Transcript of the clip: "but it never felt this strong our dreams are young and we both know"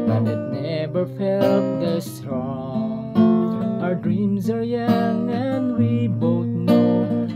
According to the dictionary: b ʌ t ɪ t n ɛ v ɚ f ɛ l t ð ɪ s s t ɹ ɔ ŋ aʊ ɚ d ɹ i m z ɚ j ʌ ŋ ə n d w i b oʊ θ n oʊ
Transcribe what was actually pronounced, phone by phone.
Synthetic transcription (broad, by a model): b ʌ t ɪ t n ɛ v ɚ f ɛ l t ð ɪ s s t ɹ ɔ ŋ aʊ ɚ d ɹ i m z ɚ j ʌ ŋ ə n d w i b oʊ θ n oʊ